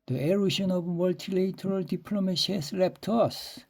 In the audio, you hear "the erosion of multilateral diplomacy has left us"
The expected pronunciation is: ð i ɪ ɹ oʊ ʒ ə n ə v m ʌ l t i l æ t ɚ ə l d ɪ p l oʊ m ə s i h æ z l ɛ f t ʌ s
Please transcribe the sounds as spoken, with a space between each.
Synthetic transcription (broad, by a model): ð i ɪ ɹ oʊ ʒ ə n ə v m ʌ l t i l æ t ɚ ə l d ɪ p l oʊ m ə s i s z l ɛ p t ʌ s